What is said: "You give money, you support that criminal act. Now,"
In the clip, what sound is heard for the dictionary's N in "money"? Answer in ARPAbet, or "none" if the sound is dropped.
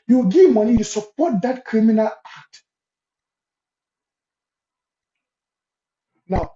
L